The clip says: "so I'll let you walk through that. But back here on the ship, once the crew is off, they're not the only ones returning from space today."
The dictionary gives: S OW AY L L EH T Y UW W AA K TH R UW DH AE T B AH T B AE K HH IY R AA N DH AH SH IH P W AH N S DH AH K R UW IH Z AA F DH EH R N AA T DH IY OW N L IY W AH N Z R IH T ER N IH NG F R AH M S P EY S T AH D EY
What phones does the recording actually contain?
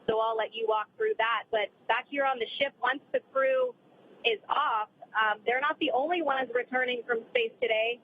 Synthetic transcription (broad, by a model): S OW AY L L EH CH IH W AA K TH R UW DH AE T B AH T B AE K HH IY R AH N DH AH SH IH P W AH N S DH AH K R UW IH Z AA F DH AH R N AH T DH IY OW N L IY W AH N Z R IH T ER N IH NG F R AH M S P EY S T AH D EY